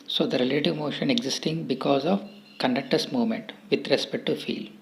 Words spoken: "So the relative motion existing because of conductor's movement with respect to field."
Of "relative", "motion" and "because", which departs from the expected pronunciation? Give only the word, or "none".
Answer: none